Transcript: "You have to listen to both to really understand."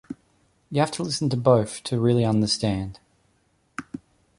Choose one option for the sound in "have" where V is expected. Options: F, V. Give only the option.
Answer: F